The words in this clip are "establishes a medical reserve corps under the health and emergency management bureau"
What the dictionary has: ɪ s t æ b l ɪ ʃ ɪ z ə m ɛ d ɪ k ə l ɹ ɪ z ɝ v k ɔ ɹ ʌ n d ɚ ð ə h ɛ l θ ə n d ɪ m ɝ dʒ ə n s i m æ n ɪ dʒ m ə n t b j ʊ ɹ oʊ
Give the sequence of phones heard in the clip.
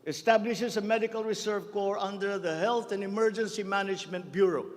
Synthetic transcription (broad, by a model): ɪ s t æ b l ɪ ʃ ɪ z ə m ɛ d ɪ k ə l ɹ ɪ s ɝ v k ɔ ɹ ʌ n d ɚ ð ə h ɛ l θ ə n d ɪ m ɝ dʒ ə n s i m æ n ɪ dʒ m ə n t b j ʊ ɹ oʊ